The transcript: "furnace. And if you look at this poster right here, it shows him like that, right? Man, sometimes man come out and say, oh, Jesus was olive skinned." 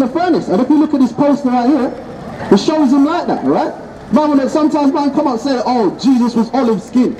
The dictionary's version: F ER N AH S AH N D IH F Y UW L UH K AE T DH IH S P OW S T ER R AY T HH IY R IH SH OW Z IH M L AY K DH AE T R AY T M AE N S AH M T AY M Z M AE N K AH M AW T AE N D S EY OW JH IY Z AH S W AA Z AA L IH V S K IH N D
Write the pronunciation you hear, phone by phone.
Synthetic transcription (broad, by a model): F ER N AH S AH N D IH F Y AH L UH K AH T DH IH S P OW S T ER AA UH T HH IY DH IH SH OW Z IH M L AY K DH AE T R AY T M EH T S AH M T AY M Z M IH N K AH M AW T S EY OW JH IY Z AH S W AA Z AA L IH V S K IH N